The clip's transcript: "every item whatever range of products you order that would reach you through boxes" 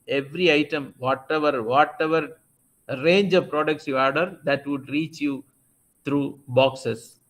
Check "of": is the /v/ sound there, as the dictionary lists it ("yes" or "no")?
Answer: yes